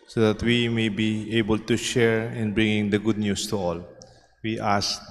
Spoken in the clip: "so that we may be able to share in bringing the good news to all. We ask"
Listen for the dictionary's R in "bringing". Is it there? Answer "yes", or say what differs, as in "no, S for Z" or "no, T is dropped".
yes